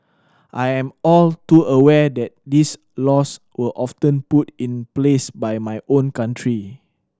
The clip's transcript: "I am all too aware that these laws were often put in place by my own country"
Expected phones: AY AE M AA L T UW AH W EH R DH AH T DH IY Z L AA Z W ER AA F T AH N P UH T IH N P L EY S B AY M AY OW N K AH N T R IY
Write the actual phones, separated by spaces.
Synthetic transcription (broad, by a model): AY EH M AA L T UW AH W EH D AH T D IY S L AA S W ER AA F T AH N P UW T IH N P L EY S B AY M AY OW N K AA N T R IY